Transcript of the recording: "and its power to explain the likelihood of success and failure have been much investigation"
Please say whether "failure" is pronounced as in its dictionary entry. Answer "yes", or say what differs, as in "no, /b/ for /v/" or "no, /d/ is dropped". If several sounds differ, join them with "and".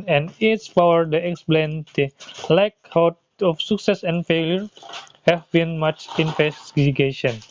yes